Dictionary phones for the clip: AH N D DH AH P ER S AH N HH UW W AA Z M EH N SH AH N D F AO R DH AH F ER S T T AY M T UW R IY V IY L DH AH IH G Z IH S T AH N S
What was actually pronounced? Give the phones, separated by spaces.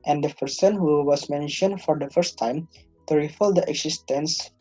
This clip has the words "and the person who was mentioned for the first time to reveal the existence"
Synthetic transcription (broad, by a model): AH N D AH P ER S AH N HH UW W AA S M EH N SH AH N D F AO R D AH F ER S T T AY M T UW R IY F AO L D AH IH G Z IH S T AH N S